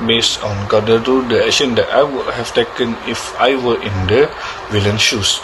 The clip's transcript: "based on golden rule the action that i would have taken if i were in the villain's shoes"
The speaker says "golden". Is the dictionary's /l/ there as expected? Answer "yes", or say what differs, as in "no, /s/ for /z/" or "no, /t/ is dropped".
no, /l/ is dropped